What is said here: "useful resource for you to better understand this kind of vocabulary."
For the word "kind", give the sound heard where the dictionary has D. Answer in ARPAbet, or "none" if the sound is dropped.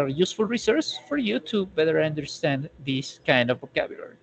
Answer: D